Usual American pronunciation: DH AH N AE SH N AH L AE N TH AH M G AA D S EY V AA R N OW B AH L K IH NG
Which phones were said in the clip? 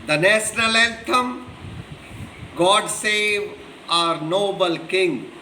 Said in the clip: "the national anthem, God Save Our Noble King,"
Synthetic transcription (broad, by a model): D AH N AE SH N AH L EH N T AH M G AA D S EY V AA R N OW B AH L K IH NG